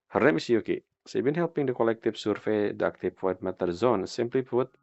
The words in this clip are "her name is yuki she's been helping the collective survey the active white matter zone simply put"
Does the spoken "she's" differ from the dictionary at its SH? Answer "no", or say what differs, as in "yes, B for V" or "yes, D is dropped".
yes, S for SH